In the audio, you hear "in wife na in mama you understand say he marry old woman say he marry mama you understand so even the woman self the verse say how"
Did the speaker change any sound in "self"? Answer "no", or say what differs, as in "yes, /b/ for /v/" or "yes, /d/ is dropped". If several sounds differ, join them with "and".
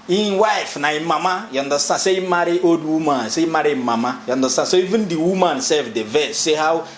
yes, /l/ is dropped